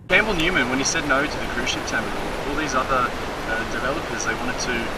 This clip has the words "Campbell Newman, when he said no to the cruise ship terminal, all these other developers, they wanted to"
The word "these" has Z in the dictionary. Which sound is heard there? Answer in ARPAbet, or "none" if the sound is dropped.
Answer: Z